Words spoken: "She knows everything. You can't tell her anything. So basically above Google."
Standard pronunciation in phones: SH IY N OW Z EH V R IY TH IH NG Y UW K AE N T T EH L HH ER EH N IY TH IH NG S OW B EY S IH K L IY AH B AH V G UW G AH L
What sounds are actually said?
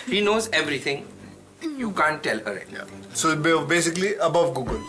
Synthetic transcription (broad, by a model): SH IY N OW Z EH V R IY T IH NG Y UW K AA N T T EH L HH ER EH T S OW B EY S IH K L IY AH B AH V G UW G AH L